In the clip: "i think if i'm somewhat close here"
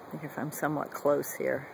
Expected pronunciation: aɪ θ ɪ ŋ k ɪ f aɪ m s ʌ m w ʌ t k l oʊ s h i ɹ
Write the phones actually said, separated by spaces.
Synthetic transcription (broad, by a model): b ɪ k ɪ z aɪ m s ʌ m w ʌ t k l oʊ s h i ɹ